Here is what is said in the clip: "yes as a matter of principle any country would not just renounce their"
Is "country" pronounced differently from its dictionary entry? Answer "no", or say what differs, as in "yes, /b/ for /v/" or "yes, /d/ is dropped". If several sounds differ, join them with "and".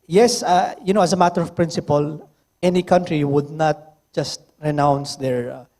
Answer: no